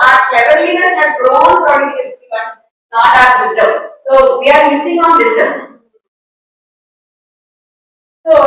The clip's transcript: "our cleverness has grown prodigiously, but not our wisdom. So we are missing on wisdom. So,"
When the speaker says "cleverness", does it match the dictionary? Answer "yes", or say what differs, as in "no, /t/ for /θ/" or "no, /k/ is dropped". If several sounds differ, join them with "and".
no, /l/ is dropped